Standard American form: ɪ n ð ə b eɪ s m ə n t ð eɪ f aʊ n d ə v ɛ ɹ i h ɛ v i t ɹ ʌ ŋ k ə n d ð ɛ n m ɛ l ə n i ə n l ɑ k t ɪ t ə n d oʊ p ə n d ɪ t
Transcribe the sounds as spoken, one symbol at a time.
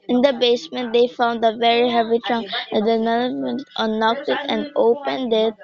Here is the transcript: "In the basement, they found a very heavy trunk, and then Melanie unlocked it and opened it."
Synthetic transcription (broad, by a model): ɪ n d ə b eɪ s m ə n t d eɪ f aʊ n d ə v ɛ ɹ i h ɛ v i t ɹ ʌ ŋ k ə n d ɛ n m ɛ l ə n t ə n ɑ k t ɪ t ə n d oʊ p ə n d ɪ t